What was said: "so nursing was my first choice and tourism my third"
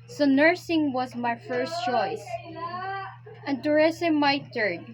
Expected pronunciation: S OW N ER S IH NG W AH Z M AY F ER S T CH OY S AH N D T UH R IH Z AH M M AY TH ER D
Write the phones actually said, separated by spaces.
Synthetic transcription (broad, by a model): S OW N ER S IH NG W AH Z M AY F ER S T CH OY S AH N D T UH R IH S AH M M AY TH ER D